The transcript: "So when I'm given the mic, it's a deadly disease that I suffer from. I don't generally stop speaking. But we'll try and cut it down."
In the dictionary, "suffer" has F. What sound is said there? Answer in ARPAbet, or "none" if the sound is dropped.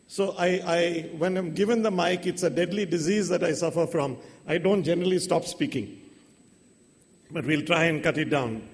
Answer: F